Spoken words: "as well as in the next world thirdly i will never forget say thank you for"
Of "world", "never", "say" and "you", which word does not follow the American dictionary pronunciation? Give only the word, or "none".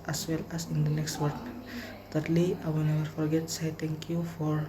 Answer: world